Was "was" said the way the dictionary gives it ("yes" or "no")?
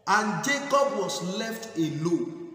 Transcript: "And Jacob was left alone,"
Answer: no